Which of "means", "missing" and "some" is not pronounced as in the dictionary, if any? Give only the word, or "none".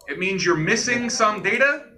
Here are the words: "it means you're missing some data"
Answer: none